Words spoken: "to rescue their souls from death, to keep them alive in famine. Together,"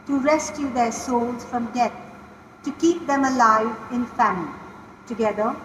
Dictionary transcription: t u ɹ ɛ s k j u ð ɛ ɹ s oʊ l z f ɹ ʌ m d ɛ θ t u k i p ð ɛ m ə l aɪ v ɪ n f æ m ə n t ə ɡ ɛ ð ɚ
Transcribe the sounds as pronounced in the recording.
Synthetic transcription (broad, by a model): t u ɹ ɛ s k j u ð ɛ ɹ s oʊ l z f ɹ ʌ m d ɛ t t u k i p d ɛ m ə l aɪ v ɪ n f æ m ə l t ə ɡ ɛ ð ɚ